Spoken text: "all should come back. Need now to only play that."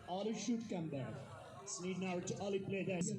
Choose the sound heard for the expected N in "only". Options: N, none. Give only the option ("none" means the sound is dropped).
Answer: none